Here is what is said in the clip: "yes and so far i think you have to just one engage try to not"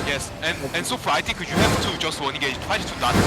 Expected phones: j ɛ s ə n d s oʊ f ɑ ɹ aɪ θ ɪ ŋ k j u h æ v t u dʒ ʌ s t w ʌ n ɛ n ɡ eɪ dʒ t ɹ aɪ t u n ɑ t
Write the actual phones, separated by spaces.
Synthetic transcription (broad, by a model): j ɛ s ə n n s oʊ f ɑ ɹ aɪ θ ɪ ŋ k j u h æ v t u dʒ ʌ s t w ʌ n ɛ ɡ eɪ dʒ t w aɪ t u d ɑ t